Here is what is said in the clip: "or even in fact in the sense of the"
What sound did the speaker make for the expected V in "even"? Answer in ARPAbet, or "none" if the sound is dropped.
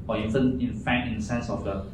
F